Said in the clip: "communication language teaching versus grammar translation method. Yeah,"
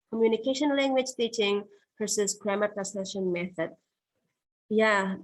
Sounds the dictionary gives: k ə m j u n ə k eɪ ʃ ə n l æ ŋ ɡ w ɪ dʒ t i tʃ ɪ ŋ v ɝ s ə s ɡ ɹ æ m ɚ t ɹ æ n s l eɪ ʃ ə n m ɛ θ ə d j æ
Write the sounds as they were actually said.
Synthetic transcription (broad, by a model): k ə m j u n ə k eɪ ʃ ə n l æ ŋ ɡ w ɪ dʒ t i tʃ ɪ ŋ p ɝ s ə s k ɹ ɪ m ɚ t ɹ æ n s eɪ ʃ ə n m ɛ θ ə d j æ